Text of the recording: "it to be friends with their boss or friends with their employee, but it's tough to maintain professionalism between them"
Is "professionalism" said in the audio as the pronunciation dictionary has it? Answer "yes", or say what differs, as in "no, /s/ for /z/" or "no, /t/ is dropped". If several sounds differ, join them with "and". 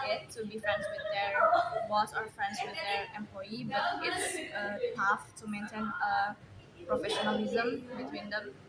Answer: yes